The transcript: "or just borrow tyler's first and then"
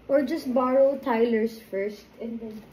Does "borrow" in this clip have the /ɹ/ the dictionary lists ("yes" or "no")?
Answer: yes